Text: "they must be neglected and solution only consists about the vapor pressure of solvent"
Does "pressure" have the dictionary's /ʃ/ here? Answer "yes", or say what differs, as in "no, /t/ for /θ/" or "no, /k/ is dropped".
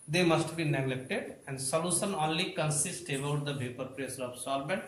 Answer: no, /s/ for /ʃ/